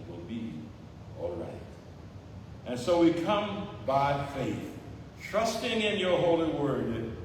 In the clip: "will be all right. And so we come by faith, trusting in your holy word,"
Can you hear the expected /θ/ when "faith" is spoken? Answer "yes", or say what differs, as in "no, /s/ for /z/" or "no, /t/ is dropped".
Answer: yes